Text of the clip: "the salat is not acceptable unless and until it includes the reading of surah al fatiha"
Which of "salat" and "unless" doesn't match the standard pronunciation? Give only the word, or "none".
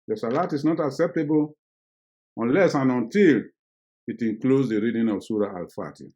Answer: none